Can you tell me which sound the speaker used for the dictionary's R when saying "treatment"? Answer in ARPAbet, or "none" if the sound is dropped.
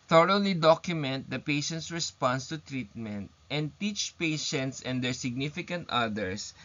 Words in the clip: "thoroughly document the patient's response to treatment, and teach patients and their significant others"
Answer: R